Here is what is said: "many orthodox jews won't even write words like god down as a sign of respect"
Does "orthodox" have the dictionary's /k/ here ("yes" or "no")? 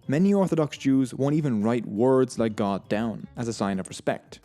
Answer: yes